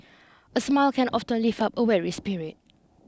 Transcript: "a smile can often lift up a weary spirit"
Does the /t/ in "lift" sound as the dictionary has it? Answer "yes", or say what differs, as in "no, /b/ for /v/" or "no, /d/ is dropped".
no, /t/ is dropped